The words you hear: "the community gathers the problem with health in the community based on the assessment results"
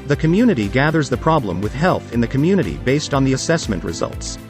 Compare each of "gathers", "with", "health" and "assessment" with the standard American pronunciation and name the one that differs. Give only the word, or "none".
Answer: none